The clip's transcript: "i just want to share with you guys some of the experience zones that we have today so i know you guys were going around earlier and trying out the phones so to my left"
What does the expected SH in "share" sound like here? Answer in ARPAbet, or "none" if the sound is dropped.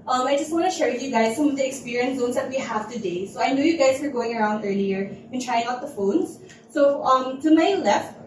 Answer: SH